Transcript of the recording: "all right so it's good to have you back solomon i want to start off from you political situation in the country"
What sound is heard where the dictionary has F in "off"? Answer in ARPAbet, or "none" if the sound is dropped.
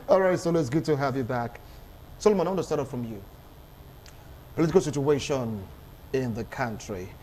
P